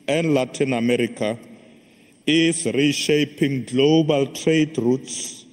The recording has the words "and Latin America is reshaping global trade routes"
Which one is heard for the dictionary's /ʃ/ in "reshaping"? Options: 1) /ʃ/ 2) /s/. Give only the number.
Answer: 1